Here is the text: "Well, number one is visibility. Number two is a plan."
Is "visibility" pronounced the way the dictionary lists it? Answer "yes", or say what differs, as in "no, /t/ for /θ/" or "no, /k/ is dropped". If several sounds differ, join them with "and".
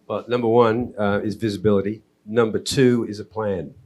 yes